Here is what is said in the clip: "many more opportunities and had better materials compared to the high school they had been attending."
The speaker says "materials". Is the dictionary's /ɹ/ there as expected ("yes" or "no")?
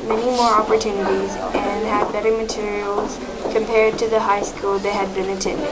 yes